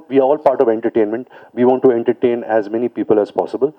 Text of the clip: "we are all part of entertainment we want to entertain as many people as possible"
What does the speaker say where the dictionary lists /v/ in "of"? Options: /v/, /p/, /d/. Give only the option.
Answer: /v/